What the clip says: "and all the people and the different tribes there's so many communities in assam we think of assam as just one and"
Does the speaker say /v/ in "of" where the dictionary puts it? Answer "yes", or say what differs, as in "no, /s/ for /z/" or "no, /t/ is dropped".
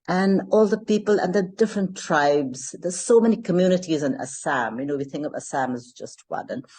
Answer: yes